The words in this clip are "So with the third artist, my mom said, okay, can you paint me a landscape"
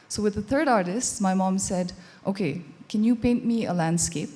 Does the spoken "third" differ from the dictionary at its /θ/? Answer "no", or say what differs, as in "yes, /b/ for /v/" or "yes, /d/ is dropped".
no